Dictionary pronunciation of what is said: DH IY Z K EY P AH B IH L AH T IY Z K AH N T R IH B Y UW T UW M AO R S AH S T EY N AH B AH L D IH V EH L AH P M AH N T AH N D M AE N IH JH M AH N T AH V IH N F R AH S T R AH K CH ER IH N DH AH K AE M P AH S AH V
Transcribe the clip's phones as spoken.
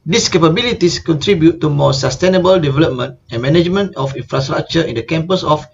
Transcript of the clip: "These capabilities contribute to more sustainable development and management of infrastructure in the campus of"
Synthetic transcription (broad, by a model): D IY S K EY P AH B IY L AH T IY S K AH N T R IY B Y UW T UW M AO S AH S T EY N AH B AH L D IH V EH L AH P M AH N T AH N M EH N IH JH M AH N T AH F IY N F R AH S T R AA K CH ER IH N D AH K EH M P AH S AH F